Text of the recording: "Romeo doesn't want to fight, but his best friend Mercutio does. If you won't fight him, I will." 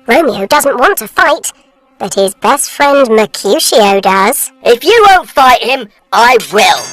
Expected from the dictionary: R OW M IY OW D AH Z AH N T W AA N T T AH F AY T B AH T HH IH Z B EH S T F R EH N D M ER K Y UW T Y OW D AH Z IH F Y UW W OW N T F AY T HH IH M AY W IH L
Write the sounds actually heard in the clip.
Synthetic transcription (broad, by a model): R OW M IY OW D AH Z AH N T W AA N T T AH F AY T B AH T HH IH Z B EH S T F R EH N D M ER K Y UW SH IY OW D AH Z IH F Y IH W OW N T F AY T HH IH M AY W IH L